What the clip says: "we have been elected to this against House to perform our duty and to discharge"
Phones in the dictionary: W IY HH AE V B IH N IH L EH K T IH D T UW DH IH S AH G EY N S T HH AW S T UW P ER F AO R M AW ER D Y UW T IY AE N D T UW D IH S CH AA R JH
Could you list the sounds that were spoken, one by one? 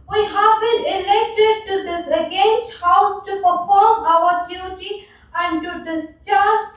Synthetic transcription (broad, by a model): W IY HH AE V B IH N IH L EH K T IH D T UW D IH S AH G EY N S T HH AW S T UW P ER F AO R M AW ER D Y UW T IY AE N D T UW D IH S CH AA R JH